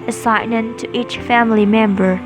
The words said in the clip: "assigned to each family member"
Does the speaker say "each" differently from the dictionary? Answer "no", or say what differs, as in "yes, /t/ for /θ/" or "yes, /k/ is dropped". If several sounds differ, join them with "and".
no